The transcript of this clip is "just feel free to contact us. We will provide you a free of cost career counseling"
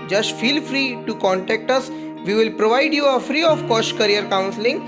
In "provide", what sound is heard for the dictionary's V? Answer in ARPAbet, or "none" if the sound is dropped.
V